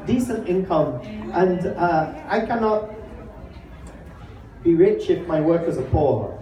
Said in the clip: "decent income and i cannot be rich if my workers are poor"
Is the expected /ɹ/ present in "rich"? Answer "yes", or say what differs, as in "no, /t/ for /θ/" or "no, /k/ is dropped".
yes